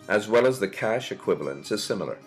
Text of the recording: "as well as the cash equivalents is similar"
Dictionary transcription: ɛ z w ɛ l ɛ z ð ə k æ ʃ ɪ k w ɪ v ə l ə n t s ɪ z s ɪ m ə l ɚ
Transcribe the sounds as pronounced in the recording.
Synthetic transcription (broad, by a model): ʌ z w ɛ l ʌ z ð ə k æ ʃ ɪ k w ɪ v ə l ə n t s ɪ z s ɪ m l ɚ